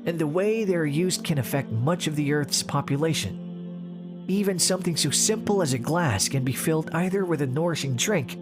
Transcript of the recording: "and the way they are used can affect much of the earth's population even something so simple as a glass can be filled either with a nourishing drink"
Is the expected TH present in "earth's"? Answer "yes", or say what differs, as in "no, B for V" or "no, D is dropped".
yes